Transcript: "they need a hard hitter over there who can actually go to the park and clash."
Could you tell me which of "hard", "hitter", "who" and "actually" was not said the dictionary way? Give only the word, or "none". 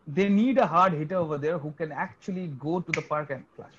none